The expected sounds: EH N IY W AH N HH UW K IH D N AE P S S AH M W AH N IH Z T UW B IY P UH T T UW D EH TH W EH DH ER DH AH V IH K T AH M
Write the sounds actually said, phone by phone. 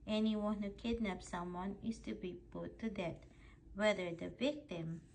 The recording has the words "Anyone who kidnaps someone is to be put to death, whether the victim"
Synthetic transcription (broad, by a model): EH N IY W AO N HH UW K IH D N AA P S S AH M W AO N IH S T UW B IY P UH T T UW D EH T W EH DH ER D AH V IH K T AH M